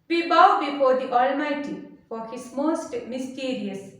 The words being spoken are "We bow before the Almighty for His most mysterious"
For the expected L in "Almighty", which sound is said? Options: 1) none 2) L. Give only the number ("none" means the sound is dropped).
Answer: 2